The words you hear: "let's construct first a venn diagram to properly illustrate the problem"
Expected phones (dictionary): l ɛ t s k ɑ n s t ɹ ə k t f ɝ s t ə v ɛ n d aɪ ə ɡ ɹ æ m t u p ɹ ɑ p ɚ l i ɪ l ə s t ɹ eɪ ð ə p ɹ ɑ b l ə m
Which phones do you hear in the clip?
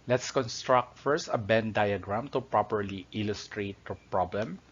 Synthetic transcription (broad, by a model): l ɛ t s k ɑ n s t ɹ ə k t f ɝ s t ə b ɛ n d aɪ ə ɡ ɹ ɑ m t u p ɹ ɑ p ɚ l i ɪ l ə s t ɹ eɪ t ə p ɹ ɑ b l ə m